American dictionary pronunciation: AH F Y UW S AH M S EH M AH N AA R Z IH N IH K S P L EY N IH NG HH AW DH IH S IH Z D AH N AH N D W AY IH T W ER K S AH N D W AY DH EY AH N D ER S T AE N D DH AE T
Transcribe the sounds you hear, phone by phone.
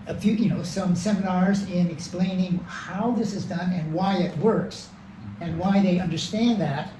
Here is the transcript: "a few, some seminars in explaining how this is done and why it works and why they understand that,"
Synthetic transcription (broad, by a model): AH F Y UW S AH M S EH M AH N AA R Z IH N IH K S P L EY N IH NG HH AW DH IH S IH Z D AH N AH N W AY IH T W ER K S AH N W AY DH EY AH N D ER S T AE N DH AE T